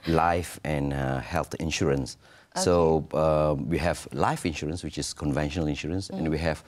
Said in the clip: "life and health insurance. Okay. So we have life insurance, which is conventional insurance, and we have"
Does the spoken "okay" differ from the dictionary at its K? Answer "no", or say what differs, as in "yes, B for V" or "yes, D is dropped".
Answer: yes, K is dropped